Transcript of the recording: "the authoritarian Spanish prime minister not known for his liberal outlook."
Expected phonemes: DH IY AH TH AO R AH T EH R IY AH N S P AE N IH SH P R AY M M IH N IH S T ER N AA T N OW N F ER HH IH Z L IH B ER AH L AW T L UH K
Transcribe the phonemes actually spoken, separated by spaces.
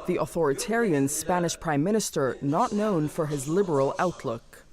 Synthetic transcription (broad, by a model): DH IY AH TH AO R AH T EH R IY AH N S P AE N IH SH P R AY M M IH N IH S T ER N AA T N OW N F ER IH Z L IH B ER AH L AW T L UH K